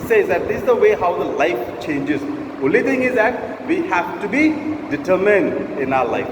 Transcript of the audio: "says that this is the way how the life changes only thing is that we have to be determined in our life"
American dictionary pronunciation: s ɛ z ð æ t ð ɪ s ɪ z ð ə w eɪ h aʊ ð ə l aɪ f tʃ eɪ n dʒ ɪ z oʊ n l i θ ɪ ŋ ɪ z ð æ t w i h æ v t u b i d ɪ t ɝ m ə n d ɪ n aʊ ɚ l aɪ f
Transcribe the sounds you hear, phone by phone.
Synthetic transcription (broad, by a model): s ɛ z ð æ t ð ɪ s ɪ z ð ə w eɪ h aʊ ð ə l aɪ f tʃ eɪ n dʒ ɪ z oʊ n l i t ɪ ŋ ɪ z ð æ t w i h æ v t u b i d ɪ t ɝ m ə n d ɪ n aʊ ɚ l aɪ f